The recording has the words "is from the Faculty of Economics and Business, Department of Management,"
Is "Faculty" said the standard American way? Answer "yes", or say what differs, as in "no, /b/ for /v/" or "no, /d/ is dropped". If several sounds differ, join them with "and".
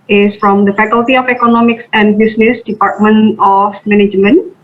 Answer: yes